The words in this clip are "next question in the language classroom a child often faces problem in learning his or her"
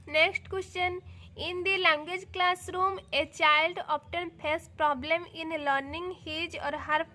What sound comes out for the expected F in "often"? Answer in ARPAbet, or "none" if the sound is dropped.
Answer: P